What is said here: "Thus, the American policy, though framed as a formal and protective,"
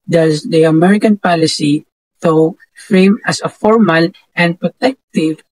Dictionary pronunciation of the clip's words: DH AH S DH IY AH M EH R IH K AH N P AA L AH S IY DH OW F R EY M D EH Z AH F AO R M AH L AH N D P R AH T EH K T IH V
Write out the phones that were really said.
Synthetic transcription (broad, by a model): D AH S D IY AH M EH R IH K AH N P AA L AH S IY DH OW F R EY M AH S AH F AO R M AH L AH N D P R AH T EH K T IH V